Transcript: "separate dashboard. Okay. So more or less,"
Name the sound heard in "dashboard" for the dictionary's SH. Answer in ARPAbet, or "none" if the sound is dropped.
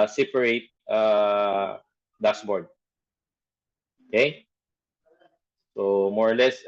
S